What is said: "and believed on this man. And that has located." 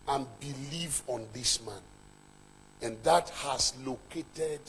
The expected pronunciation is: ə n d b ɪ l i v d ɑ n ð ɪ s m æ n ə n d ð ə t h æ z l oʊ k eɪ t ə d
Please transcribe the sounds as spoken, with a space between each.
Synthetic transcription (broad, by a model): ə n b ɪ l i v ɑ n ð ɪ s m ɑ n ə n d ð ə t h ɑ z l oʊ k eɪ t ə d